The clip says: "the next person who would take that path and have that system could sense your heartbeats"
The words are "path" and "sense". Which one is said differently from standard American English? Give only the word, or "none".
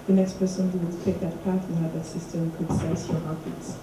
sense